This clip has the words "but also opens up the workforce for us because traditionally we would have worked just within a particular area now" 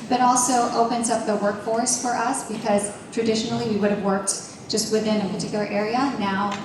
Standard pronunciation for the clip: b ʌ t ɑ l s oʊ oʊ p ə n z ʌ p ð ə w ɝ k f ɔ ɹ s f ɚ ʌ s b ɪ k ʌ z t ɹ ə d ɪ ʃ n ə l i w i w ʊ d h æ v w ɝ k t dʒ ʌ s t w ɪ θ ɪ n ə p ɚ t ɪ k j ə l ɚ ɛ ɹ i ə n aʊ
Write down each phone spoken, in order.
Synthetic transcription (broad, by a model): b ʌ t ɑ l s oʊ oʊ p ə n z ʌ p ð ə w ɝ k f ɔ ɹ s f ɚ ʌ s b ɪ k ʌ z t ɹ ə d ɪ ʃ n l i w i w ʊ d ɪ v w ɝ k t dʒ ʌ s t w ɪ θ ɪ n ə p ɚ t ɪ k j l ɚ ɛ ɹ i ə n aʊ